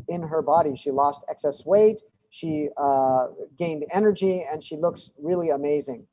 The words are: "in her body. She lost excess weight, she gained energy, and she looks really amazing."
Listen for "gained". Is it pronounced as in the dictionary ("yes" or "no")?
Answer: yes